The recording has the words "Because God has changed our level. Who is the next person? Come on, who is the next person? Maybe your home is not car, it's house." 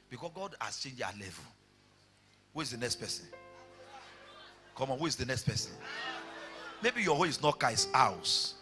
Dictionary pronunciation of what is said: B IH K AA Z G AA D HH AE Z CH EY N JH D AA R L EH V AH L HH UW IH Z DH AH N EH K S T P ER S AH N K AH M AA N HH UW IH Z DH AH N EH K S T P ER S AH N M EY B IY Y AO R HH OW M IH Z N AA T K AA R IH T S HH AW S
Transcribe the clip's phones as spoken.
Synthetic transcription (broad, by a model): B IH K AA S G AA D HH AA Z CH EY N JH AA L EH V AH L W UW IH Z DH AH N EH K S T P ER S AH N K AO M AA N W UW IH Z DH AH N EH K S T P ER S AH N M EY B IY Y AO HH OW IH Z N AA T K AA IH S AW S